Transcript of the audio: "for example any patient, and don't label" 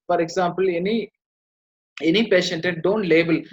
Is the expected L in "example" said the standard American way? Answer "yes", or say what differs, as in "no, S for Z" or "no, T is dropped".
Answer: no, N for L